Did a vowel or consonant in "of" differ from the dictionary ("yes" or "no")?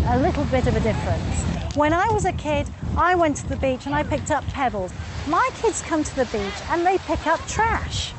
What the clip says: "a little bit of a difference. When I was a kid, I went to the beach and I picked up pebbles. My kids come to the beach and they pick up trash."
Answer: no